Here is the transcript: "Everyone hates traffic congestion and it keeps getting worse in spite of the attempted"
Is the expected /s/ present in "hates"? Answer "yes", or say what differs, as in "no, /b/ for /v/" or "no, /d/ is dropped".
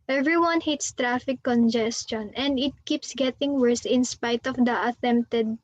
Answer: yes